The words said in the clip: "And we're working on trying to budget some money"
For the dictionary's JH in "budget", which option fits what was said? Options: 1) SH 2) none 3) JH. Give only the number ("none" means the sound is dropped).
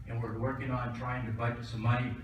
2